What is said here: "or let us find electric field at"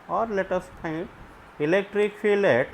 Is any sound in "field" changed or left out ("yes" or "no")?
yes